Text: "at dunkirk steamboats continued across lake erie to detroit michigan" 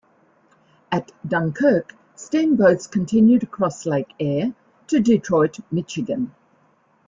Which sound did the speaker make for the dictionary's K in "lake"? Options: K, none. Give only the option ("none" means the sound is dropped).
none